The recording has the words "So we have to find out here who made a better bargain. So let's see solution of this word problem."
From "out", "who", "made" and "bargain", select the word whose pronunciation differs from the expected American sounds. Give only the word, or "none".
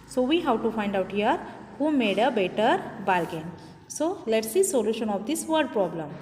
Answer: bargain